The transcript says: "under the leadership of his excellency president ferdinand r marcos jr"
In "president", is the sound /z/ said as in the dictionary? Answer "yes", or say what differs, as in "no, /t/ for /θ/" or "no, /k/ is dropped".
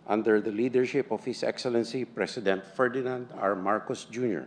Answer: no, /s/ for /z/